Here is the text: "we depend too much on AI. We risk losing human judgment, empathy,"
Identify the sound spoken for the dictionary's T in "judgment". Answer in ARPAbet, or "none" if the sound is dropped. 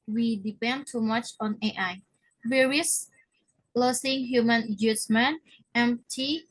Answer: none